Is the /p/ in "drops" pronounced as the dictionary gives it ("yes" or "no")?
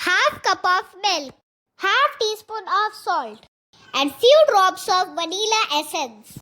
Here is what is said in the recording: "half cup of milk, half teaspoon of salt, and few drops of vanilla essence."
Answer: no